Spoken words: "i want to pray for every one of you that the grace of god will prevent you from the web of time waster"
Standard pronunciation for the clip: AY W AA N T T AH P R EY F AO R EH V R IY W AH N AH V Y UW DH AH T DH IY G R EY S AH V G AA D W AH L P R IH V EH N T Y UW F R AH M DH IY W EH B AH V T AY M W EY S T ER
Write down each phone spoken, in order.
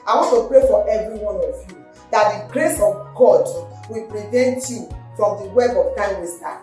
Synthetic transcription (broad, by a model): AY W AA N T T AH P R EY F AO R EH V R IY W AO N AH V Y UW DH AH T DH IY G R EY S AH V G AA D W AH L P R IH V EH N T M F R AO M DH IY W EH B AH V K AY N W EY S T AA